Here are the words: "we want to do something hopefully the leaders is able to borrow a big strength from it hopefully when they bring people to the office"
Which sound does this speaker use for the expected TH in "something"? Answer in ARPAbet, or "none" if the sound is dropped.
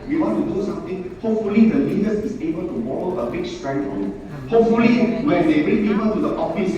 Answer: T